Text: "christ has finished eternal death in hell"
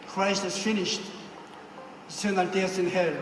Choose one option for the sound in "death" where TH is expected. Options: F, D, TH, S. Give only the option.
S